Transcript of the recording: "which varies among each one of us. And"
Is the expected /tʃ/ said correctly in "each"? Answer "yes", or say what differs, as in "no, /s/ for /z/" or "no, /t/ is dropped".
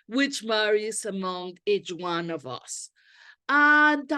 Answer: yes